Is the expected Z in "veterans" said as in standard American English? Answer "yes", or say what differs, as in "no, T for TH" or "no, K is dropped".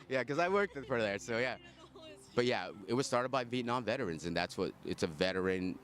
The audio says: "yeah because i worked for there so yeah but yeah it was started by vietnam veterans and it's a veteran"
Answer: yes